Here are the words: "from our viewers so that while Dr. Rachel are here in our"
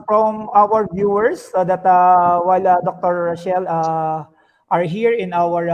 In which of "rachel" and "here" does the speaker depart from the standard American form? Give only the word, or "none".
rachel